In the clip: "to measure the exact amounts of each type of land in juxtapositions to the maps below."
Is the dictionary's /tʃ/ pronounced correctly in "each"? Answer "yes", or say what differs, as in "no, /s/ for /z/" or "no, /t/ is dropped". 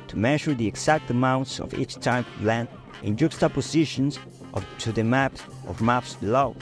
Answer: yes